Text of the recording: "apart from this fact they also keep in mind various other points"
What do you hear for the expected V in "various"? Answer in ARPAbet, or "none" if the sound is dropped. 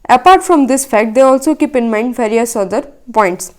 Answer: F